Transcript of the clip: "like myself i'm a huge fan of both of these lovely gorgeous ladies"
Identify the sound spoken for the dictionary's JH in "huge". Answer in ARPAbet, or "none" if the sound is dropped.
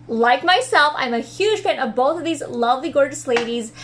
ZH